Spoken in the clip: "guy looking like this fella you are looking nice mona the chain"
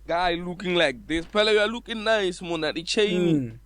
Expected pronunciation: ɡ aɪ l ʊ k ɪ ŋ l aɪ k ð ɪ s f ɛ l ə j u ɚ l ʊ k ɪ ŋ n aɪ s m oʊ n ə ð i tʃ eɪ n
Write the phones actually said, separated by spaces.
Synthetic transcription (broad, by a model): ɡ aɪ l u k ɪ ŋ l aɪ k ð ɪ s p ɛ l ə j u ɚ l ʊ k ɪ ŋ n aɪ s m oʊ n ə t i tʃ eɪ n